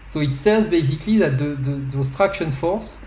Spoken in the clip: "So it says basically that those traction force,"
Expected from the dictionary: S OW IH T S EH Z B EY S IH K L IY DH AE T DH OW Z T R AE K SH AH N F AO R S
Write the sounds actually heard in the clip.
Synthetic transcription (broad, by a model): S OW IH T S EH Z B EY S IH K L IY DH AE T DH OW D T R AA K SH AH N F AO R S